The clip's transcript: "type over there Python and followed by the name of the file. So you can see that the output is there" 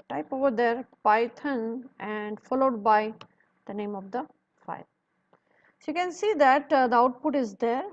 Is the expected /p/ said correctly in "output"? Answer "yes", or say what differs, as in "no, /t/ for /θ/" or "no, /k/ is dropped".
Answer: yes